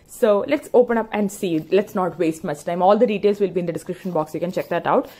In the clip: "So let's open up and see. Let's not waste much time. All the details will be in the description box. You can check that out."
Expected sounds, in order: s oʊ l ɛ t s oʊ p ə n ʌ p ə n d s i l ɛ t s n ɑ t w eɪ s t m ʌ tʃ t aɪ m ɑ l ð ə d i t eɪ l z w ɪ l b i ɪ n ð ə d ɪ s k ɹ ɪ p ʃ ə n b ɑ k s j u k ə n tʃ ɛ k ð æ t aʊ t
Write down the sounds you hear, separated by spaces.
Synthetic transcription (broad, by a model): s oʊ l ɛ t s oʊ p ə n ʌ p ə n d s i l ɛ t s n ɑ t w eɪ s t m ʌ s t aɪ m ɑ l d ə d i t eɪ l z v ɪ l b i ɪ n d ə d ɪ s k ɹ ɪ p ʃ ə n b ɑ k s j u k ə n tʃ ɛ k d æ t aʊ t